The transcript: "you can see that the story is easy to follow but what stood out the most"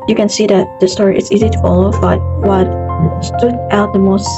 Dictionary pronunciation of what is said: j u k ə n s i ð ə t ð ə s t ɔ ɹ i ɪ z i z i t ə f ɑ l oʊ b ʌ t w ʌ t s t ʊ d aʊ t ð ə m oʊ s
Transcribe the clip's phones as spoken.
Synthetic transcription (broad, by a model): j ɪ k ə n s i ð ə t ð ə s t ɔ ɹ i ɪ s i z i t ə f ɑ l oʊ b ʌ t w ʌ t s t ʊ d aʊ t ð ə m oʊ s